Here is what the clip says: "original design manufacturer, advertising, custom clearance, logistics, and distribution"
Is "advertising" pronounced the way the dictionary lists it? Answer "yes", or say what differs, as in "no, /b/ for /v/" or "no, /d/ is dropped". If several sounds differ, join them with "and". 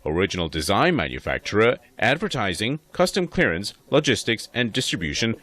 yes